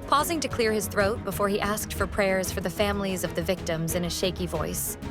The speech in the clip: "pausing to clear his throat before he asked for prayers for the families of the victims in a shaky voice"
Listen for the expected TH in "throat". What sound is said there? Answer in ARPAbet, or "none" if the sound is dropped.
TH